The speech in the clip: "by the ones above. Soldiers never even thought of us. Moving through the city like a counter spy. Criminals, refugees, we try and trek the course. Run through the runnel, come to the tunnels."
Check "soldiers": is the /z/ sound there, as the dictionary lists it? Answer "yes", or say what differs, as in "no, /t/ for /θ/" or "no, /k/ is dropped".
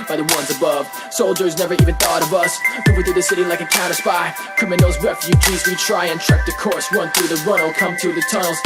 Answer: yes